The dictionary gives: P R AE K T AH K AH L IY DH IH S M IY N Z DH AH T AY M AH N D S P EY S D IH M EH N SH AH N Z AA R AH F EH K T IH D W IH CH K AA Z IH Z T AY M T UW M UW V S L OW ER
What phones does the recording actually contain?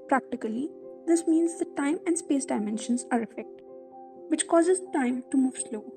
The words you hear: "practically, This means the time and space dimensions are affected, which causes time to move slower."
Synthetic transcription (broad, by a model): P R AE K T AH K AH L IY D IH S M IY N Z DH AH T AY M AH N D S P EY S D IH M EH N SH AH N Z AA R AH F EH K T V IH CH K AA Z IH Z T AY M T UW M UW V S L OW